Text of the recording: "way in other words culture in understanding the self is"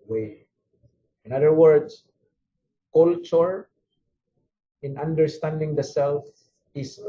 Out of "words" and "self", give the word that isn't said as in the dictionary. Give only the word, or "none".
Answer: words